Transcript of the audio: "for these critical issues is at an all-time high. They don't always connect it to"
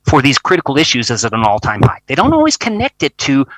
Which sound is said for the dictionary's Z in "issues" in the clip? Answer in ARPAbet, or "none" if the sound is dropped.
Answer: Z